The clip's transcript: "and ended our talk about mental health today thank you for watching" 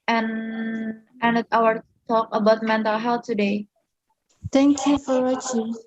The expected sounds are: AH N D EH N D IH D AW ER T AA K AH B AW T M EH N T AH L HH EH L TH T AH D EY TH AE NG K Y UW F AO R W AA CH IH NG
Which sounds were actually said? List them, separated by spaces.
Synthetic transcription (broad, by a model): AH N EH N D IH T AW ER T AA K AH B AW T M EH N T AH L HH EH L T AH D EY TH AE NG K Y UW F AO R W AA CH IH